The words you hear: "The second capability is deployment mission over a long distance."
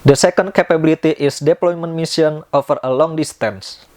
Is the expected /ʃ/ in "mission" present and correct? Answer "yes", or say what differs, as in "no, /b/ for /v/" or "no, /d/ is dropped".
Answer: no, /s/ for /ʃ/